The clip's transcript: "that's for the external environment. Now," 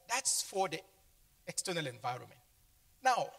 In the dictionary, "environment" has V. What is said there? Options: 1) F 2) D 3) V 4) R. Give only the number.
3